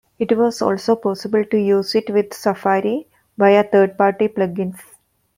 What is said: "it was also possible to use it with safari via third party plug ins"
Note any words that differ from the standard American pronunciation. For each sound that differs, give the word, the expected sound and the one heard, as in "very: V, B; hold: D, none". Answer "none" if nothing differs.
via: V, B; third: TH, T; ins: Z, S